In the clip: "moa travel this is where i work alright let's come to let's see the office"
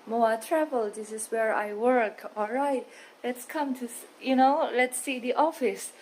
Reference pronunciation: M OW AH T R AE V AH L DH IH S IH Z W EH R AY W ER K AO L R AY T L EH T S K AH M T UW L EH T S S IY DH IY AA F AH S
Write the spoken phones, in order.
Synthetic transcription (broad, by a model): M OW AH T R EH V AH L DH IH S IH S W EH R AY W ER K AO L R AY T L EH T S K AH M T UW L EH T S S IY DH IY AA F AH S